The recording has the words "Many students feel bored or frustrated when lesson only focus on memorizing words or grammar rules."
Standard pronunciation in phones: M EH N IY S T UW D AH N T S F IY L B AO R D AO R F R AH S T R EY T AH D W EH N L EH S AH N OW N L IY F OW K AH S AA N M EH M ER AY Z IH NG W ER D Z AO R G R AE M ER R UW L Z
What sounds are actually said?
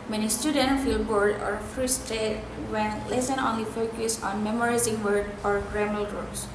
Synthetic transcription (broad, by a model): M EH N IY S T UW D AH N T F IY L B AO R D AO R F R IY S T EY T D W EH N L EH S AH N OW N L IY F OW K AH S AA N M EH M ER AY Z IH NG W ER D AO R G R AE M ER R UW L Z